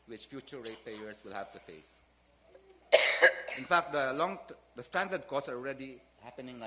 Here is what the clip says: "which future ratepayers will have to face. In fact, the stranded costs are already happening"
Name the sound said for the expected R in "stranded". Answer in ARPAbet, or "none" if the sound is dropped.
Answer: none